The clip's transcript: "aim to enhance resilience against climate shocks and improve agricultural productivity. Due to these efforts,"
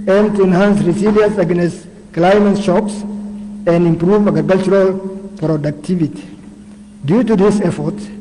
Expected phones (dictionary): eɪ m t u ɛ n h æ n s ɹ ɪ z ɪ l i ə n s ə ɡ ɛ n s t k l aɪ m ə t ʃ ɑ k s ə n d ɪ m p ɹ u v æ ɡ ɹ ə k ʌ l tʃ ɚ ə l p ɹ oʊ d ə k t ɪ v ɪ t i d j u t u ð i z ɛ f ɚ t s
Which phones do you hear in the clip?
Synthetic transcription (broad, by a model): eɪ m t u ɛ n h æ n s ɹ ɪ s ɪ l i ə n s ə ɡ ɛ n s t k l aɪ m ə t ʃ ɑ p s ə n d ɪ m p ɹ u v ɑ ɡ ɹ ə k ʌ l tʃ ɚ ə l p ɹ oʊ d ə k t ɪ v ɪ t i d j u t u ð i s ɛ f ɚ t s